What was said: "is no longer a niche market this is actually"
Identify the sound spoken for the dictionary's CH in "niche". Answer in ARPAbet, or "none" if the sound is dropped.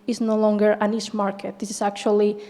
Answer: S